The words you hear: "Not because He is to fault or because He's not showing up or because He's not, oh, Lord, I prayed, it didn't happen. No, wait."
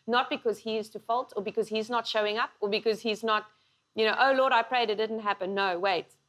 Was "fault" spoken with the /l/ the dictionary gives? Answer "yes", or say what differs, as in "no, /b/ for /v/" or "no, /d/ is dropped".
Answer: yes